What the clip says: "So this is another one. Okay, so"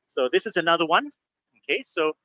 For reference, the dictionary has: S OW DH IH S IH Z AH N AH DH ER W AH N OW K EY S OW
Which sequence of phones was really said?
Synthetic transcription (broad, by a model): S OW DH IH S IH Z AH N AH DH ER W AH N OW K EY S OW